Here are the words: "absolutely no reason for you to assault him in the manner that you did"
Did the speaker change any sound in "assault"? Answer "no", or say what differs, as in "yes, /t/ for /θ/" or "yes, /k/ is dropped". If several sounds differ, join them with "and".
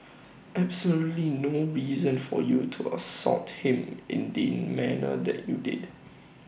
yes, /l/ is dropped